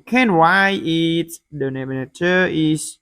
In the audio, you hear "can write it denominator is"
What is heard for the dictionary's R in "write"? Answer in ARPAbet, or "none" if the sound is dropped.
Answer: W